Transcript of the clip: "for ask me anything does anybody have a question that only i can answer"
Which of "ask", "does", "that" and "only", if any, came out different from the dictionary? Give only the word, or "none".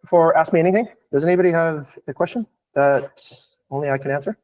none